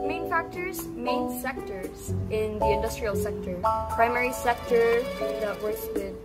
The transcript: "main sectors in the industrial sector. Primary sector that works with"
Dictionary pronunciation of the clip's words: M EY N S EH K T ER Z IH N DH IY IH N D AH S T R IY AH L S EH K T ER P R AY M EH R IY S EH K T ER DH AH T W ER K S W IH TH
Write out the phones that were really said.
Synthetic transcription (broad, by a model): M EY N S EH K T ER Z IH N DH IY IH N D AH S T R IY AH L S EH K T ER P R AY M EH R IY S EH K T ER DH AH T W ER S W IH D